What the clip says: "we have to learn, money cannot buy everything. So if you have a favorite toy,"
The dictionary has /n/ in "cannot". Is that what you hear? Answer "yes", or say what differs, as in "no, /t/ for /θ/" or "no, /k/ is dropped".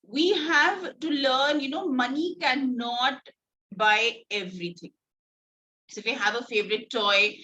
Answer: yes